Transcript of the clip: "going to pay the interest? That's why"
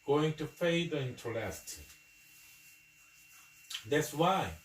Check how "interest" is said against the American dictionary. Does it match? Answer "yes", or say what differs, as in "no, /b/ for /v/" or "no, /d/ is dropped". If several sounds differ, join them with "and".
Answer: no, /l/ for /ɹ/